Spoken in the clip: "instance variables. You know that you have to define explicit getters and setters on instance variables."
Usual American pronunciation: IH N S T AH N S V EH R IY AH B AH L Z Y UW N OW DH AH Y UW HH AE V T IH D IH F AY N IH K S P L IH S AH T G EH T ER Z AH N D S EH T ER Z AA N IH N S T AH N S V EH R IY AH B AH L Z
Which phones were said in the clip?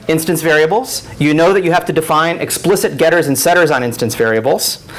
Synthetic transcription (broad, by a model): IH N S T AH N S V EH R IY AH B L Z Y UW N OW DH AH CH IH HH AE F T IH D IH F AY N IH K S P L IH S AH T G EH T ER Z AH N S EH T ER Z N IH N S T AH N S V EH R IY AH B L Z